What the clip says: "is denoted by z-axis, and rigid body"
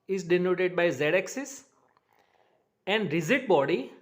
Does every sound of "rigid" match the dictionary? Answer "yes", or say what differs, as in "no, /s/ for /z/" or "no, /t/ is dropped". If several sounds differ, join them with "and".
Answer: no, /z/ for /dʒ/